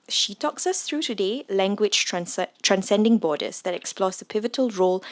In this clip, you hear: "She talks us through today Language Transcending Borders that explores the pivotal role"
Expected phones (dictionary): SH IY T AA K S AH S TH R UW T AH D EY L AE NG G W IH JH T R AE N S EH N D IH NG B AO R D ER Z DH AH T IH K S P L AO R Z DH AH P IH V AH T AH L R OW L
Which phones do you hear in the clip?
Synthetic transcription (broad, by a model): SH IY T AA K S AH S TH R UW T AH D EY L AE NG G W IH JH T R AE N S EH N D IH NG B AO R D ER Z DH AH T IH K S P L AO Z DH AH P IH V AH T AH L R OW L